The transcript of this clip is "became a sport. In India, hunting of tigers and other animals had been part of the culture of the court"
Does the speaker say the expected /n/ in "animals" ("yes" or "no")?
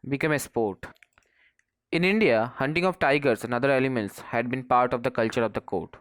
no